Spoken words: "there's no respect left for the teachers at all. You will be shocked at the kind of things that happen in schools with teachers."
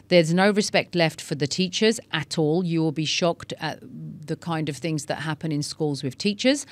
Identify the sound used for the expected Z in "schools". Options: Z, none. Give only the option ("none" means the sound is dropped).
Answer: Z